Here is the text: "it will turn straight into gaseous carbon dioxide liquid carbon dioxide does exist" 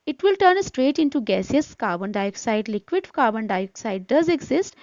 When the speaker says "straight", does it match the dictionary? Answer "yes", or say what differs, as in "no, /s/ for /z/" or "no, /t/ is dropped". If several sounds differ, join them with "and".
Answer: yes